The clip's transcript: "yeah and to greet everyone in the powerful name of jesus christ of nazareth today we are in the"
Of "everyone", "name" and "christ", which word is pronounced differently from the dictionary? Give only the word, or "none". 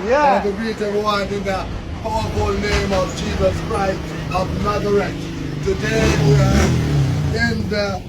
everyone